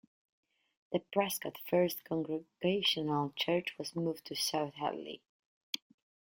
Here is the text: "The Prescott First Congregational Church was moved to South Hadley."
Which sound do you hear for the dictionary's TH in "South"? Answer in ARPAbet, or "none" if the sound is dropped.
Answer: TH